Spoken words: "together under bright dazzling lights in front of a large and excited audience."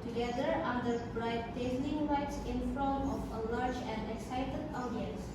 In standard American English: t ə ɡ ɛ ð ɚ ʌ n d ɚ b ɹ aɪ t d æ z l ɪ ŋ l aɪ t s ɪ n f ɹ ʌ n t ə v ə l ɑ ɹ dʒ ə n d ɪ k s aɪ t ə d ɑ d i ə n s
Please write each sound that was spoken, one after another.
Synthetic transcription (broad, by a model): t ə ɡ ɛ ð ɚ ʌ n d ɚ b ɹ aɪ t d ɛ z n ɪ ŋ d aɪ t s ɪ n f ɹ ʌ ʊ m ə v ə l ɑ ɹ dʒ ə n d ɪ k s aɪ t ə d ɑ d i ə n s